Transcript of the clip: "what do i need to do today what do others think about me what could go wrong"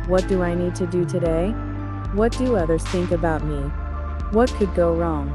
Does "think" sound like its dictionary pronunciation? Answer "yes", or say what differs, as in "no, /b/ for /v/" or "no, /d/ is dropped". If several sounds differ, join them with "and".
yes